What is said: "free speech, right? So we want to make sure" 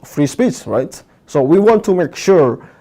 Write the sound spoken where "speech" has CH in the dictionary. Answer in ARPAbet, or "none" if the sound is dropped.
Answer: S